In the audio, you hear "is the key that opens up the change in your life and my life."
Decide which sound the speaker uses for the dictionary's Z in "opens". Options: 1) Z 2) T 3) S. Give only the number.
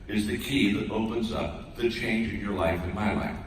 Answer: 1